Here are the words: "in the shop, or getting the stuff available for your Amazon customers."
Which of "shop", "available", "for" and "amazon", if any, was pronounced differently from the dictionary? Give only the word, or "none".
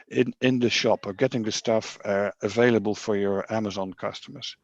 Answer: none